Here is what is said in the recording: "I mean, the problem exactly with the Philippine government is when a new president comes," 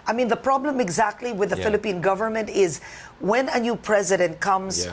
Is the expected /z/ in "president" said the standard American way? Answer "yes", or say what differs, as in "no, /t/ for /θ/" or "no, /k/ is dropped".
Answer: yes